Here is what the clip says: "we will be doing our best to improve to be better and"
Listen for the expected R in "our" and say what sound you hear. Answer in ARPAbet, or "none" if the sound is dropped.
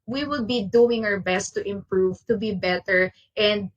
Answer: R